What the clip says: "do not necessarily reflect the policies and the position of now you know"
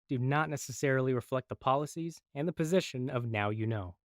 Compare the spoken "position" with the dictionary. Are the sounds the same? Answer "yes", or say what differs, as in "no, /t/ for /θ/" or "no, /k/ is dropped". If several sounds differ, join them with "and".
yes